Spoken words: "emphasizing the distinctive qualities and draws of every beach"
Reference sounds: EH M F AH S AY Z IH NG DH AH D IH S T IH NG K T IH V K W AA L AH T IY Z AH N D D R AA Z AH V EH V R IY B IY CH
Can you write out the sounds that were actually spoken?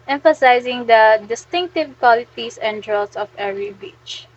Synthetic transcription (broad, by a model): EH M F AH S AY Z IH NG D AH D IH S T IH NG K T IH V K W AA L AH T IY S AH N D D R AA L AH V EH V R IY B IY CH